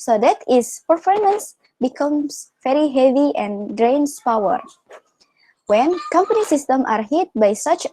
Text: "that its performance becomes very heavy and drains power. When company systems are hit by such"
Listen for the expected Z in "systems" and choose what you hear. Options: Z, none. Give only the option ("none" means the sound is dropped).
none